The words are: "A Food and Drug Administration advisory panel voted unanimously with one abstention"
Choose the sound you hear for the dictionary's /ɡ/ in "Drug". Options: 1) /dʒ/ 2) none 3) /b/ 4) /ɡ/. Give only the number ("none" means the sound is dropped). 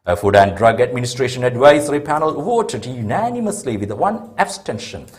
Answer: 4